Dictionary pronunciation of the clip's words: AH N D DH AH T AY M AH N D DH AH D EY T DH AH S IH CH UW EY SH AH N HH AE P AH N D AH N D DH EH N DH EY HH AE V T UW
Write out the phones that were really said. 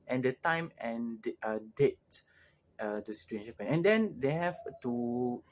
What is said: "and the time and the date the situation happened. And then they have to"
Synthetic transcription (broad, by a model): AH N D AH T AY M AH N D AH D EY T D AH S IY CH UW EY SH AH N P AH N AH N D EH N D EY HH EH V T UW